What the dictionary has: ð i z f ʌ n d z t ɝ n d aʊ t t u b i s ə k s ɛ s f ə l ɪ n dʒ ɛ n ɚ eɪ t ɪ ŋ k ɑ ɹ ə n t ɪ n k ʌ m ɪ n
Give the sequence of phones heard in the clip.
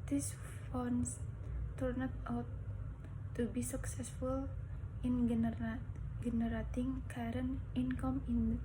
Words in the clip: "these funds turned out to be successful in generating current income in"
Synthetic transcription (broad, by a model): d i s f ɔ n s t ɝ n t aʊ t t u b i s ə k s ɛ s f ə l ɪ n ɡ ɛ n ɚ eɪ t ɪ ŋ k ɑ ɹ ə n ɪ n k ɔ m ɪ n